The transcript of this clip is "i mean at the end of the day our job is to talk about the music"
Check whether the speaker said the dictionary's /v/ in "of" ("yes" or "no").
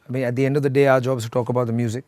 yes